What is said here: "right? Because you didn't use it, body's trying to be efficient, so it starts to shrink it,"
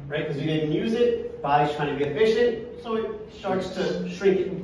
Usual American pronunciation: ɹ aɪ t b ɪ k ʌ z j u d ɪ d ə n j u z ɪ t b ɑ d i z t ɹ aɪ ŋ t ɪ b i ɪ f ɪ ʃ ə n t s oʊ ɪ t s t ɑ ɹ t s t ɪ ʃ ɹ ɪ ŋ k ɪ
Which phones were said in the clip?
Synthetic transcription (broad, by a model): ɹ aɪ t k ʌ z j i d ɪ d n j u z ɪ t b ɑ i t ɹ aɪ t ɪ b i ɪ f ɪ ʃ ə n t s oʊ ɪ t s t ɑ ɹ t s t ɪ ʃ ɹ ɪ ŋ k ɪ